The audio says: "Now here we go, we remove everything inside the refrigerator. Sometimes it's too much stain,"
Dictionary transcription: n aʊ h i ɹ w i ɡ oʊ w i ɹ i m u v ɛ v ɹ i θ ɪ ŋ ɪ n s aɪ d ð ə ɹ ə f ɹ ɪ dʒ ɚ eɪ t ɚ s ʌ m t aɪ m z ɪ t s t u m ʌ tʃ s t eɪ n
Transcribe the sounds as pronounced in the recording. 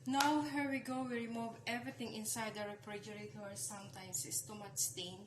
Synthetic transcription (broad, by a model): n aʊ h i ɹ w i ɡ oʊ w i ɹ i m u v ɛ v ɹ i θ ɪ ŋ ɪ n s aɪ d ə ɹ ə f ɹ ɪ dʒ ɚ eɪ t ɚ s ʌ m t aɪ m s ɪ s t u m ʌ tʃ s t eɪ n